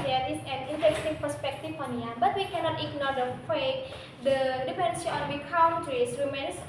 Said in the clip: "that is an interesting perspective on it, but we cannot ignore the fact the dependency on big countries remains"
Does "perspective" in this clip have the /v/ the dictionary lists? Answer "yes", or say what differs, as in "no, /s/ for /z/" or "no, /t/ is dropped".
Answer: no, /f/ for /v/